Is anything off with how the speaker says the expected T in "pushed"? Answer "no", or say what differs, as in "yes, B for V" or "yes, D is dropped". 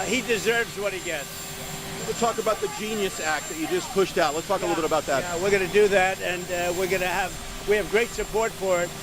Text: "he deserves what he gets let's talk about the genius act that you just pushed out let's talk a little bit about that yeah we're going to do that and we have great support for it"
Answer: no